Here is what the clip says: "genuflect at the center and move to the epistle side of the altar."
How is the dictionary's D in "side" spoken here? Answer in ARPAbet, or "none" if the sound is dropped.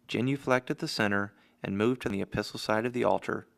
D